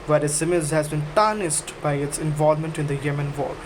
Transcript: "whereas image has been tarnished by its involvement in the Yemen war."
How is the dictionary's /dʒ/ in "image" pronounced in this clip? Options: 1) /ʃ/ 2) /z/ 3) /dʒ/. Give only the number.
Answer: 2